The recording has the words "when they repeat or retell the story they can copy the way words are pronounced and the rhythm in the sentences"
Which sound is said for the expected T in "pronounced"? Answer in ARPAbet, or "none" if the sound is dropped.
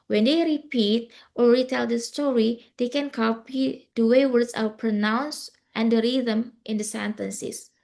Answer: T